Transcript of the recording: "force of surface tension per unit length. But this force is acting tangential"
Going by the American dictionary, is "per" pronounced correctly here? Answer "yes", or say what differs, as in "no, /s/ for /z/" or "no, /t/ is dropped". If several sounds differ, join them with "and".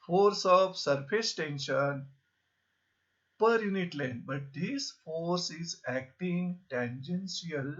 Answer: yes